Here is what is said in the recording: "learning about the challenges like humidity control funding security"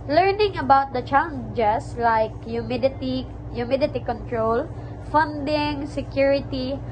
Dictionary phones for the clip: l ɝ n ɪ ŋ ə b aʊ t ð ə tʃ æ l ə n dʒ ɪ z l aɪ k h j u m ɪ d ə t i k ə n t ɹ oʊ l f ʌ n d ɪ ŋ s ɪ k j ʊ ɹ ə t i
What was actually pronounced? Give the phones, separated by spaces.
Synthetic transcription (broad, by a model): l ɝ n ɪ ŋ ə b aʊ t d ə tʃ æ l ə n dʒ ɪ s l aɪ k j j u m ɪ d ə t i k ə n t ɹ oʊ l f ʌ n d ɪ ŋ s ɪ k j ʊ ɹ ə t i